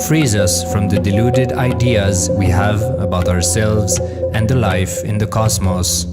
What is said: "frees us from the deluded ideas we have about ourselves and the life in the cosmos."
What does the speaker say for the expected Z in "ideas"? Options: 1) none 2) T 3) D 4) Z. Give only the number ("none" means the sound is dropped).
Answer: 4